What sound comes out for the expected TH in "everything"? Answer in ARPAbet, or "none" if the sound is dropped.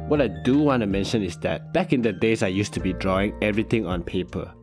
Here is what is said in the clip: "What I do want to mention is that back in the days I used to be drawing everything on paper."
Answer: T